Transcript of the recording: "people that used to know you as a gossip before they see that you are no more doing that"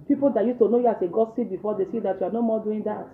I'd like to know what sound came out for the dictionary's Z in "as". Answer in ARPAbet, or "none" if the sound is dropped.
S